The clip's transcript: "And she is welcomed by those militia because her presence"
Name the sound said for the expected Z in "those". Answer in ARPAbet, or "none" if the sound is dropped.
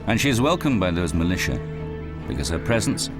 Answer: Z